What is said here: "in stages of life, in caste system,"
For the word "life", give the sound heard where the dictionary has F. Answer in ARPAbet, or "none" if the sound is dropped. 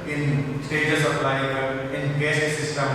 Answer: none